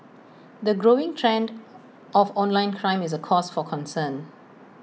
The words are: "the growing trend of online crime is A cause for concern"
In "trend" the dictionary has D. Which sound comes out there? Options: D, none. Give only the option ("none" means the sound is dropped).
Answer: D